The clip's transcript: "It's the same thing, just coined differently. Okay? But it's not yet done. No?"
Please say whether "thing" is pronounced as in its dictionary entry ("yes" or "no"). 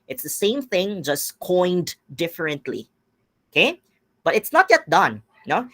yes